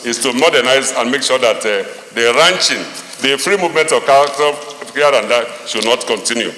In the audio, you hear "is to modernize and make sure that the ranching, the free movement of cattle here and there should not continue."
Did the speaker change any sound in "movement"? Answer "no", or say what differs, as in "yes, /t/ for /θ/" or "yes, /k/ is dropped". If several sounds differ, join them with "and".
no